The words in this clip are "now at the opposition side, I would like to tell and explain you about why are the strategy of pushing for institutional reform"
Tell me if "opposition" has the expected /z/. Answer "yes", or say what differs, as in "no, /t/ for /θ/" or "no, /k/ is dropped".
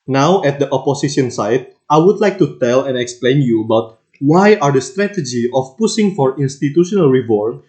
no, /s/ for /z/